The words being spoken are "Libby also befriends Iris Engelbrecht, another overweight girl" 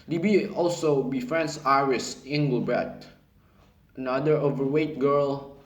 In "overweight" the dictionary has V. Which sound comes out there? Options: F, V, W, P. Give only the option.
V